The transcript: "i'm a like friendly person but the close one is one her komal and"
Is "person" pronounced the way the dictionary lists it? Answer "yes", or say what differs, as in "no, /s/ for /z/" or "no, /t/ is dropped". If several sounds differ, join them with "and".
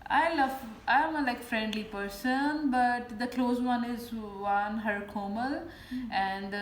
yes